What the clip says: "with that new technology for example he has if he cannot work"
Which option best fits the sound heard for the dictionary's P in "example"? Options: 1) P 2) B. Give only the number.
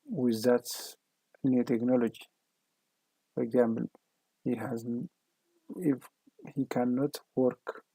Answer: 2